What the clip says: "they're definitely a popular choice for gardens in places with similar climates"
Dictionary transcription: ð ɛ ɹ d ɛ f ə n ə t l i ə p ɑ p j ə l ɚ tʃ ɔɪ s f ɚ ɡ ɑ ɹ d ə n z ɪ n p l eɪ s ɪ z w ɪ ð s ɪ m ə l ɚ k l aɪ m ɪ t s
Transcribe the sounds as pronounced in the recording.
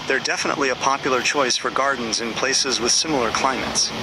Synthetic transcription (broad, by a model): ð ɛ ɹ d ɛ f ə n ə t l i ə p ɑ p j l ɚ tʃ ɔɪ s f ɚ ɡ ɑ ɹ d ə n z ɪ n p l eɪ s ɪ z w ɪ ð s ɪ m l ɚ k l aɪ m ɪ t s